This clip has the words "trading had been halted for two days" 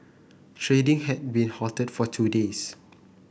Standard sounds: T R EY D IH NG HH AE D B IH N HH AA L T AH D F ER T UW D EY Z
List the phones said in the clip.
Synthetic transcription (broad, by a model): T R EY D IH NG HH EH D B IH N HH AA T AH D F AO T UW D EY S